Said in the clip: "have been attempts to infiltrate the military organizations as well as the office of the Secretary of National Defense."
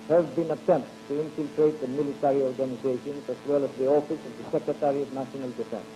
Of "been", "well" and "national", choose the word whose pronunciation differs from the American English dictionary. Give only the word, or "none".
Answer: national